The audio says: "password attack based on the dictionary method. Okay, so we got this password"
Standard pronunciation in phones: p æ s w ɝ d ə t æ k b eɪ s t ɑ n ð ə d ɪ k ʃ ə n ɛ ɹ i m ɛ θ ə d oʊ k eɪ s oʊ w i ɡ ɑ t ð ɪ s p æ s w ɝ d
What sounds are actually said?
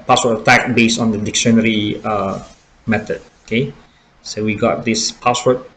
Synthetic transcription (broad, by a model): p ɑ s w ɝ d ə t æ k b eɪ s t ɑ n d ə d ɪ k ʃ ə n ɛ ɹ i m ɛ t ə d oʊ k eɪ s oʊ w i ɡ ɑ t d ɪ s p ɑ s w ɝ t